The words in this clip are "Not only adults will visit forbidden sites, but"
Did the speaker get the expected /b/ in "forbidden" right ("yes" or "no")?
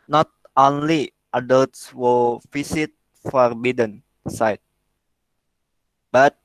yes